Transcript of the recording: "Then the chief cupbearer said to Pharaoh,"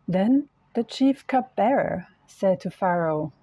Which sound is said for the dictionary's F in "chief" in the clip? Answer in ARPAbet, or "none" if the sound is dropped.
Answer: F